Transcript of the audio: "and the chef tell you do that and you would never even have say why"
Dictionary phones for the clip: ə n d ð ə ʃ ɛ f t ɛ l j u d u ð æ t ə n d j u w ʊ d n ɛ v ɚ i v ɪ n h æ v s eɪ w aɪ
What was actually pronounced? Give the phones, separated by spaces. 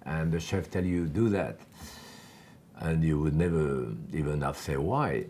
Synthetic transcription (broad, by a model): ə n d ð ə ʃ ɛ f t ɛ l j u d u ð æ t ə n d j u w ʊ d n ɛ v ɚ i v ɪ n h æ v s eɪ w aɪ